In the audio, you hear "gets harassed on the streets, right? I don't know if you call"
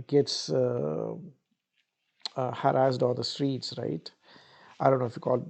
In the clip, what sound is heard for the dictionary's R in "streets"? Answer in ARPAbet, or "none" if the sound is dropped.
R